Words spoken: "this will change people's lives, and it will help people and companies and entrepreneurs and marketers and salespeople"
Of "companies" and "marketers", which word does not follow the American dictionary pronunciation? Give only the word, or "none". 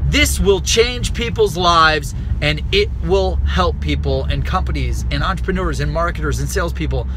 none